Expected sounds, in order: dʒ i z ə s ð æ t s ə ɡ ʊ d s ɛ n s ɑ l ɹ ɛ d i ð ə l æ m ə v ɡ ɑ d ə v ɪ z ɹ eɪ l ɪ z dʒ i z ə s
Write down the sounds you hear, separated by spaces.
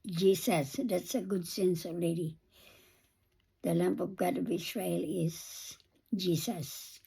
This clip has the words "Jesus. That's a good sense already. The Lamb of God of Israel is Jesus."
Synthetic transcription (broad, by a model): dʒ i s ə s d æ t s ə ɡ ʊ d s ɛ n s ɑ l ɹ ɛ d i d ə l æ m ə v ɡ ɑ d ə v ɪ s ɹ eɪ l ɪ z dʒ i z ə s